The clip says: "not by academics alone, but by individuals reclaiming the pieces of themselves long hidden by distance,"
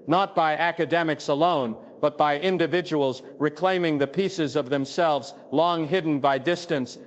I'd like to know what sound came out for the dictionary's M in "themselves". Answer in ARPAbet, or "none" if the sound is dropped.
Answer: M